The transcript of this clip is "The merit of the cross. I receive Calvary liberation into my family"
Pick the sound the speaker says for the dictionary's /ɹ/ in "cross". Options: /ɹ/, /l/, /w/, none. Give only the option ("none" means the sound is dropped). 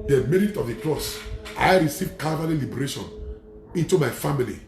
/l/